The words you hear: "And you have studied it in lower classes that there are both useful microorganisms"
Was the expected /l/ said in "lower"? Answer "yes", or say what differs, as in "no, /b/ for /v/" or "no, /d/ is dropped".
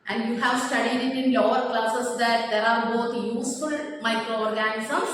yes